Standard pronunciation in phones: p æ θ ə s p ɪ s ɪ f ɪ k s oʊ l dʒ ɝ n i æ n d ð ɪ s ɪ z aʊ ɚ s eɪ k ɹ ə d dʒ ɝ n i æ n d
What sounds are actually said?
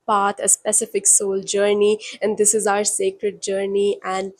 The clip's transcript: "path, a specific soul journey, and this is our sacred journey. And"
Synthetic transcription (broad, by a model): p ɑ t ə s p ɪ s ɪ f ɪ k s oʊ l dʒ ɝ n i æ n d ɪ s ɪ z aʊ ɚ s eɪ k ɹ ə d dʒ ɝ n i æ n d